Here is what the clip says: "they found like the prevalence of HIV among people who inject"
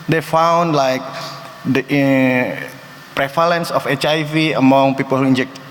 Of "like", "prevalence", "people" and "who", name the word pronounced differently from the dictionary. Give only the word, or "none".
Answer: prevalence